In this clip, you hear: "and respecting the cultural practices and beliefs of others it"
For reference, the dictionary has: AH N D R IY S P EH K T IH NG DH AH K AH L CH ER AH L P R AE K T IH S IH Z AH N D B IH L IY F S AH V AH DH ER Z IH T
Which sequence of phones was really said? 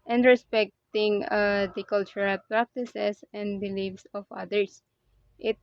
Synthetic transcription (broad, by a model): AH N D R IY S P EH K T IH NG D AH K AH L CH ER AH L P R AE K T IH S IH S AH N D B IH L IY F S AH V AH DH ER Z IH T